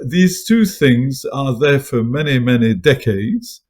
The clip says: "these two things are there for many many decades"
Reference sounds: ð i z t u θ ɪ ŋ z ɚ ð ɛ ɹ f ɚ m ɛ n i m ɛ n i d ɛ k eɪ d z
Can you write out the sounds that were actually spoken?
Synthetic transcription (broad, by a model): ð i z t u θ ɪ ŋ z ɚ ð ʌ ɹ f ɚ m ɛ n i m ɛ n i d ɛ k eɪ d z